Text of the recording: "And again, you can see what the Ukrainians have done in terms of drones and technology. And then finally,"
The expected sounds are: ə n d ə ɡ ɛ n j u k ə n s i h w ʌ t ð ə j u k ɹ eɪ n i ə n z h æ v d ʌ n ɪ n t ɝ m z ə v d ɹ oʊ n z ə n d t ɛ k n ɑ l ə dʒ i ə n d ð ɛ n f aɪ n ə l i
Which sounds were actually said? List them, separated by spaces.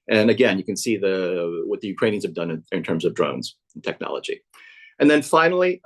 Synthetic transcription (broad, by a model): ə n ə ɡ ɛ n j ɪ k ə n s i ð w ʌ t ð ə j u k ɹ eɪ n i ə n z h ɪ v d ʌ n ɪ n t ɝ m z ə v d ɹ oʊ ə n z t ɛ k n ɑ l ə dʒ i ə n ð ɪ n f aɪ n l i